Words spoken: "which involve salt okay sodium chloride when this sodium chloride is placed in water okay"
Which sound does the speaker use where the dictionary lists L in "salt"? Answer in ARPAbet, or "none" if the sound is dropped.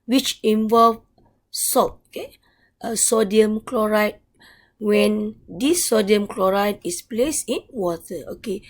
none